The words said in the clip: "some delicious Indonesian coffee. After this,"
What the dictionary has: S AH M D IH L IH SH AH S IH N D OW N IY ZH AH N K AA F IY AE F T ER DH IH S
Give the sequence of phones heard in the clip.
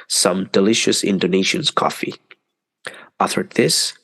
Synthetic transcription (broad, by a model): S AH M D IH L IH SH AH S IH N D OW N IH SH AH N K AA F IY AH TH ER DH IH S